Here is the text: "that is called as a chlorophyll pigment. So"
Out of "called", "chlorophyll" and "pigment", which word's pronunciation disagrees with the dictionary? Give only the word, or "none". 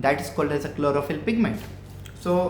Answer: none